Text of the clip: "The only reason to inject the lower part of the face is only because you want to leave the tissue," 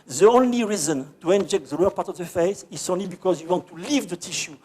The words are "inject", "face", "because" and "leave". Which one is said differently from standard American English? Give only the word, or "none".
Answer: none